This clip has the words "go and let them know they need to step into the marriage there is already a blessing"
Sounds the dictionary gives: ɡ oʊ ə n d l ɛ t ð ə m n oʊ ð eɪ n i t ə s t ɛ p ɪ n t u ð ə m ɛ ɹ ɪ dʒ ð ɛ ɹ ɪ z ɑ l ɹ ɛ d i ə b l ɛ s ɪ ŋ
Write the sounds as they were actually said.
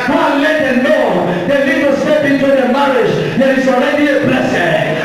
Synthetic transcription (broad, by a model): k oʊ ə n l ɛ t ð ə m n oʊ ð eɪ l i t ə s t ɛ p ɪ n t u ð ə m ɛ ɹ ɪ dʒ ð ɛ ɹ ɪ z ɑ l ɹ ɛ d i ə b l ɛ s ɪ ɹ